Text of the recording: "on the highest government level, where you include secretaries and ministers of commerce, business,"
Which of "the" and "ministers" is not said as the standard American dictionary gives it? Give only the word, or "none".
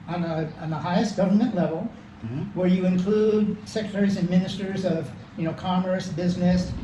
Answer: none